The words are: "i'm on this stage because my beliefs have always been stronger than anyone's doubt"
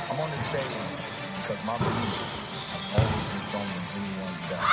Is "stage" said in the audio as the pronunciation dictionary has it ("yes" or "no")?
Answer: no